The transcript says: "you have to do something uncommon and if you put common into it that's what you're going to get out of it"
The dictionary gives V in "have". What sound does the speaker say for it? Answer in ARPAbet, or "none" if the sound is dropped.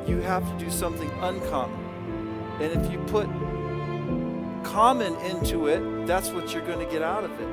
F